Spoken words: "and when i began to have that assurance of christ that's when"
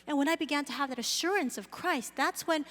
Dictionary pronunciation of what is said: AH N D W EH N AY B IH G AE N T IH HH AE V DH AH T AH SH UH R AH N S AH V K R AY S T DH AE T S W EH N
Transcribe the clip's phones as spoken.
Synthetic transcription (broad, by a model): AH N W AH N AY B IH G AE N T IH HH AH V DH AH T AH SH UH R AH N S AH V K R AY S T DH AE T S W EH N